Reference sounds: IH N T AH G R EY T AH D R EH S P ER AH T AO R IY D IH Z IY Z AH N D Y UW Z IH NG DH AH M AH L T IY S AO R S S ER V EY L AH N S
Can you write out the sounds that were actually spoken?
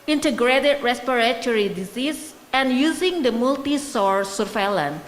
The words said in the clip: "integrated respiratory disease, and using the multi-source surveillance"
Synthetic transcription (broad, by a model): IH N T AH G R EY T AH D R EH S P ER AH T AO R IY D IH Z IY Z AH N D Y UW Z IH NG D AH M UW L T IY S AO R S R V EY L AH N